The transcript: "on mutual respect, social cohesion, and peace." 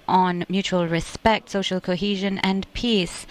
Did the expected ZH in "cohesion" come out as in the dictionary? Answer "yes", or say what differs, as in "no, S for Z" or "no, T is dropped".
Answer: yes